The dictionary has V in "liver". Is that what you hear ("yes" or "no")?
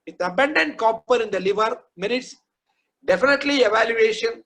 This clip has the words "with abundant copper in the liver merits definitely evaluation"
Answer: yes